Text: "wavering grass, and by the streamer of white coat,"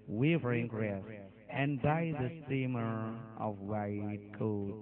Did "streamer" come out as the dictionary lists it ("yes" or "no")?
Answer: no